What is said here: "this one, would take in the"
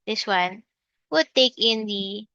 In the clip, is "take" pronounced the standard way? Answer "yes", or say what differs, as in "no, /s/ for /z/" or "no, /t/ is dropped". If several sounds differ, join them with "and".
yes